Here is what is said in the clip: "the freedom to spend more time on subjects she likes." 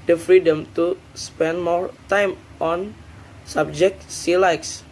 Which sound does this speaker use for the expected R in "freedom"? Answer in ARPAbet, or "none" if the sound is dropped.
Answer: R